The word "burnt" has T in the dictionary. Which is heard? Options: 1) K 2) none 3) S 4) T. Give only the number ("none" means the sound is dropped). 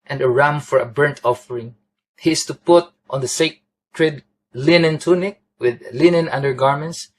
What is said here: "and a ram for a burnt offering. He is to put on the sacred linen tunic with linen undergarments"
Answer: 4